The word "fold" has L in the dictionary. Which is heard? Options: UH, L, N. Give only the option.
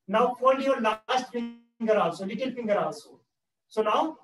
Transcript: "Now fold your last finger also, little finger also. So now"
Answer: N